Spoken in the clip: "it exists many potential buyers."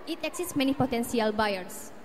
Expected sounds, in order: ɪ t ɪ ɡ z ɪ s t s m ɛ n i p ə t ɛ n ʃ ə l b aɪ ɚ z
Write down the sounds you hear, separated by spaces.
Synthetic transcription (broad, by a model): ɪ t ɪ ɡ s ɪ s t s m ɛ n i p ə t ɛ n s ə l b aɪ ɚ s